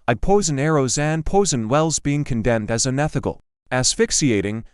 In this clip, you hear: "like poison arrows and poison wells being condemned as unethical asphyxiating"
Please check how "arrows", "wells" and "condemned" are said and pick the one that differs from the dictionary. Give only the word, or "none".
none